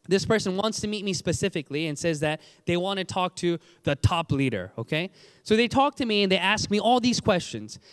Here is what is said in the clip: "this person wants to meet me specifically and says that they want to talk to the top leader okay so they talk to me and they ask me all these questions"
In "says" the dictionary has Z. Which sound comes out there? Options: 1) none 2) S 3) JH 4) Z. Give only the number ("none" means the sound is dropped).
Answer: 4